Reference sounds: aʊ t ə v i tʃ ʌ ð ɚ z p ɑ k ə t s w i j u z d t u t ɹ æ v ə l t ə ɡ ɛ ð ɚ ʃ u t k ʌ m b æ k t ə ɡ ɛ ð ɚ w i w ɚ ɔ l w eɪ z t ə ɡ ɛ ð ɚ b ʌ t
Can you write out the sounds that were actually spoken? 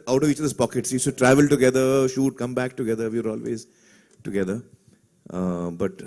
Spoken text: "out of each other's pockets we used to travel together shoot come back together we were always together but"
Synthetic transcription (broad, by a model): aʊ t ə v i tʃ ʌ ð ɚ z p ɑ k ə t s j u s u t ɹ æ v ə l t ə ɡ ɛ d ɚ ʃ u t k ʌ m b æ k t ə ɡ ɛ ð ɚ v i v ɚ ɔ l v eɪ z t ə ɡ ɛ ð ɚ b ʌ t